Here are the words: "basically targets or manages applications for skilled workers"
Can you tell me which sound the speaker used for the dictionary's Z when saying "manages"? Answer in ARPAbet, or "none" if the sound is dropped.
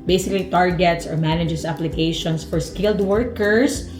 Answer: S